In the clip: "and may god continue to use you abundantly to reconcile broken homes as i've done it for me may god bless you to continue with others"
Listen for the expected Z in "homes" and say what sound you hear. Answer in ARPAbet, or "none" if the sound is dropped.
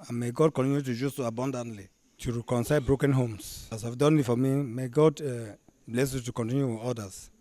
S